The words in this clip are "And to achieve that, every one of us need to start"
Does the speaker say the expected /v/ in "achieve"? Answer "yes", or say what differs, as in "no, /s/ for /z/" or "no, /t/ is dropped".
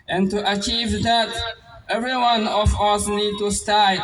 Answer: yes